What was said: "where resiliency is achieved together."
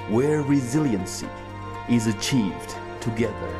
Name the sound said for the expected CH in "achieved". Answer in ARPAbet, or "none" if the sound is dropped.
CH